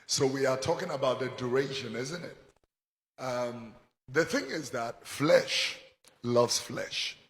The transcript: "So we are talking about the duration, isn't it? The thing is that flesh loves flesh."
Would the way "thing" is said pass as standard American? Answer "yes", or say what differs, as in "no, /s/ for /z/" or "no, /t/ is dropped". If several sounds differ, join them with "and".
yes